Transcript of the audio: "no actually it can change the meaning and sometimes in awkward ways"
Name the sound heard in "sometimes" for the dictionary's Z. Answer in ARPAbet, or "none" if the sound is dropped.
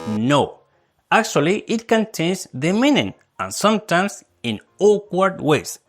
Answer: S